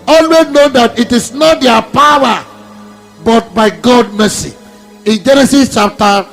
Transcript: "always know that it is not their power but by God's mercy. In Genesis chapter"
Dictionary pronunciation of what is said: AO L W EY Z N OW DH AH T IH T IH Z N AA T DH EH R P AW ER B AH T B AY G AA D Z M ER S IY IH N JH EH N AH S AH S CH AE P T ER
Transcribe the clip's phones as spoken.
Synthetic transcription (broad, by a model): AO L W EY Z N OW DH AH T IH T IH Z N AA T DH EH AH P AW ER B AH T B AY G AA D M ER S IY IH N JH EH N AH S AH S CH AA P T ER